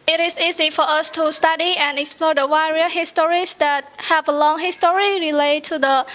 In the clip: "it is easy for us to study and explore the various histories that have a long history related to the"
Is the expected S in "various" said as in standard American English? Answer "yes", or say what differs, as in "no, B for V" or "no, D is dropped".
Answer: no, S is dropped